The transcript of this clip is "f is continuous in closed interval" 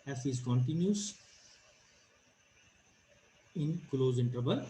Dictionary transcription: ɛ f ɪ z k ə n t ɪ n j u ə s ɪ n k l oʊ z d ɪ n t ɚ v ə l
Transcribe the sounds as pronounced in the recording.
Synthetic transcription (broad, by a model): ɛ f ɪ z k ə n t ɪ n j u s ɪ n k l oʊ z ɪ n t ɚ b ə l